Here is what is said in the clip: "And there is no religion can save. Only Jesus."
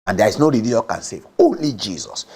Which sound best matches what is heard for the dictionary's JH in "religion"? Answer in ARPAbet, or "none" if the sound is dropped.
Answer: none